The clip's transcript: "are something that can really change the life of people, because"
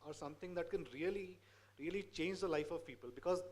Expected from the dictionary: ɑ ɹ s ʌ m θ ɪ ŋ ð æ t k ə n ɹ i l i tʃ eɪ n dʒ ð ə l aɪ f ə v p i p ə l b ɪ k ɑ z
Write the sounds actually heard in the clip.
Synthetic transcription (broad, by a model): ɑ ɹ s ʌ m t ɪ ŋ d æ t k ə n ɹ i l i tʃ eɪ n dʒ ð ə l aɪ f ə v p i p ə l b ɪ k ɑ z